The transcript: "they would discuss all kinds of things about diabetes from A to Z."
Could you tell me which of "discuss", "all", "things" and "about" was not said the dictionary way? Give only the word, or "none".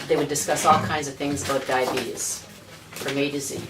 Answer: none